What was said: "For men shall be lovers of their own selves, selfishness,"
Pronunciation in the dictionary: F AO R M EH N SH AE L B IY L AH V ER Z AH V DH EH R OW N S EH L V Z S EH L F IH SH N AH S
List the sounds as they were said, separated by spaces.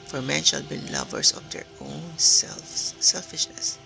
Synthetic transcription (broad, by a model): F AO R M EH N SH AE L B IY L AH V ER S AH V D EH R OW N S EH L S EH L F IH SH N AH S